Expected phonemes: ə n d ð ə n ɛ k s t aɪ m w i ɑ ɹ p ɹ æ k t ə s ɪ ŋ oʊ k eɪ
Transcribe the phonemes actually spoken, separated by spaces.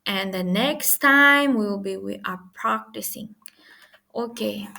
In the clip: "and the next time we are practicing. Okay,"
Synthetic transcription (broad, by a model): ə n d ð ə n ɛ k s t aɪ m w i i w p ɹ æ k t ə s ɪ ŋ oʊ k eɪ